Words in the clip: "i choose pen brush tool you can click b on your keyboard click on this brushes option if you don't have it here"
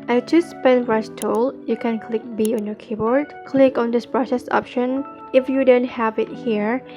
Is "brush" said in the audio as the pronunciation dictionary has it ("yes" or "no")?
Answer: no